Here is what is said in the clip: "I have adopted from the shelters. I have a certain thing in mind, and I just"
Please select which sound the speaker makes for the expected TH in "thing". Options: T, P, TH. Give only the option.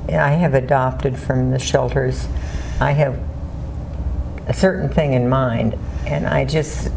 TH